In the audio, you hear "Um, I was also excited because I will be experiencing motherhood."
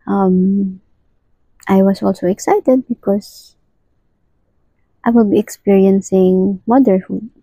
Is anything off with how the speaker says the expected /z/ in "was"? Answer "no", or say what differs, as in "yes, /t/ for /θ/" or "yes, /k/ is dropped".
yes, /s/ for /z/